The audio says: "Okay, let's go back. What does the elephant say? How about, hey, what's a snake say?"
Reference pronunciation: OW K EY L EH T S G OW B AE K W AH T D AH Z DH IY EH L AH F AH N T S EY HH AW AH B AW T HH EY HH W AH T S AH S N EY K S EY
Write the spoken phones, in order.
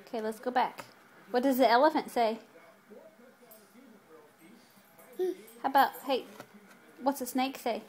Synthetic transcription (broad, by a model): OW K EY L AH T S G OW B AE K W AH T D AH Z DH IY EH L AH F AH N T S EY HH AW AH B AW T HH EY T W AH T S AH S N EY K S EY